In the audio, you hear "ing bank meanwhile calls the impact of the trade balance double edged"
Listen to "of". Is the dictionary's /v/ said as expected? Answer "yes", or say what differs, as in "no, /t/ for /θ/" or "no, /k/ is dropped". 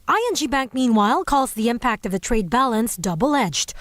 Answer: yes